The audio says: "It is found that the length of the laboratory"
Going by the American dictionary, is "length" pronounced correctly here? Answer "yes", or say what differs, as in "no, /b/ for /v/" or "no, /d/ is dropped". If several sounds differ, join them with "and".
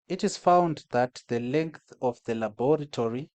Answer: yes